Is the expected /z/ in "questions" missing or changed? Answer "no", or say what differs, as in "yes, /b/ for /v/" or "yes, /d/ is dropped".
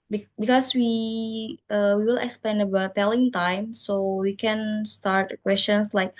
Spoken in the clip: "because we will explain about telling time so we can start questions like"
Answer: yes, /s/ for /z/